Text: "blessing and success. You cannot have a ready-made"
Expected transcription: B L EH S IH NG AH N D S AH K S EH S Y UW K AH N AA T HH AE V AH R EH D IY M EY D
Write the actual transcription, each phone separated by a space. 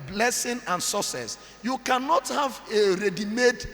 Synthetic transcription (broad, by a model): B L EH S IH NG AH N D S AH S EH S Y UW K AH N AA T HH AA V AH R EH D IY M EY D